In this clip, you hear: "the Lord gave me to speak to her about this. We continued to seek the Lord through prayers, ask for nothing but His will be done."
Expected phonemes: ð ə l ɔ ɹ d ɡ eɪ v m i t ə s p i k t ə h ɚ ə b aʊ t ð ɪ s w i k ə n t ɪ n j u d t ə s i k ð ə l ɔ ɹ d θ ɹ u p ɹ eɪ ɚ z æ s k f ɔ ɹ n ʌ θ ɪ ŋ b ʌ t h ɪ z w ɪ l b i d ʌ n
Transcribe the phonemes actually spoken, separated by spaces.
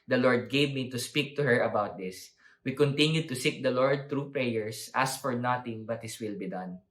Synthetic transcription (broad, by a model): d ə l ɔ ɹ d ɡ eɪ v m i t ə s p i k t ə h ɚ ə b aʊ t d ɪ s w i k ə n t ɪ n j u d t ə s i k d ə l ɔ ɹ d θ ɹ u p ɹ eɪ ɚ s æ s f ɔ ɹ n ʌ t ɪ ŋ b ʌ t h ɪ s w ɪ l b i d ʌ n